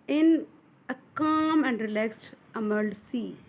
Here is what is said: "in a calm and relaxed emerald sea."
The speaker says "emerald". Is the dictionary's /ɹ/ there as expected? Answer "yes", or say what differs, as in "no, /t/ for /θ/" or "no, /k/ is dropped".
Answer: no, /ɹ/ is dropped